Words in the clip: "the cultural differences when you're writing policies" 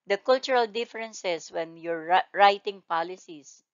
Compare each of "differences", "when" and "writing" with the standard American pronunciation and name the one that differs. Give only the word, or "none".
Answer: differences